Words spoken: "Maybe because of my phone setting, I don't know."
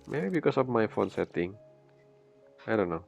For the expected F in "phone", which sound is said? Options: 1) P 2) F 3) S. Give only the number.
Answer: 2